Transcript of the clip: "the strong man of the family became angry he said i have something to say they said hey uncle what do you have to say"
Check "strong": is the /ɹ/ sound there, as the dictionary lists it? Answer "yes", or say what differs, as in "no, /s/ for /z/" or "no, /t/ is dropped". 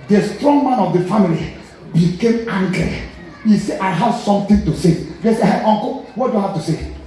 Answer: yes